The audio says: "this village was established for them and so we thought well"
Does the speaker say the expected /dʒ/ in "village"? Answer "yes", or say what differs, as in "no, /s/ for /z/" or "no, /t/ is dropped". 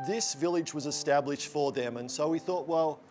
yes